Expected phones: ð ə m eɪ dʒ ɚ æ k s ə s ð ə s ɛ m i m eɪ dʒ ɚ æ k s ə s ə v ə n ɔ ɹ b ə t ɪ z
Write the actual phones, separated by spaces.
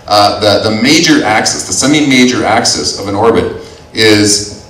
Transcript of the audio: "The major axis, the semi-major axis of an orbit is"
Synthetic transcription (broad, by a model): ð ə m eɪ dʒ ɚ æ k s ə s ð ə s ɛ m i m eɪ dʒ ɚ æ k s ə s ə v ə n ɔ ɹ b ə t ɪ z